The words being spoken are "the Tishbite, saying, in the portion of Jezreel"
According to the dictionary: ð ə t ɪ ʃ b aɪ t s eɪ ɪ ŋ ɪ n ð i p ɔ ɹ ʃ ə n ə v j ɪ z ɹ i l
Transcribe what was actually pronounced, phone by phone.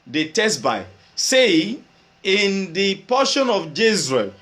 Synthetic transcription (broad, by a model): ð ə t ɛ s b aɪ s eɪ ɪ ɪ n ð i p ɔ ʃ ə n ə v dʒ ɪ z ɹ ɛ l